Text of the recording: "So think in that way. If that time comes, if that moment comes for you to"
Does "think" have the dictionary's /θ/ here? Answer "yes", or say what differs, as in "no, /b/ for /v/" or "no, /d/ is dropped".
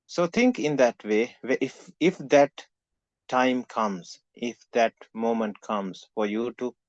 no, /t/ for /θ/